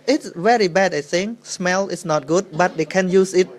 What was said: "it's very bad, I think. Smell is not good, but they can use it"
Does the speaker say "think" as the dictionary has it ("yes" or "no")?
no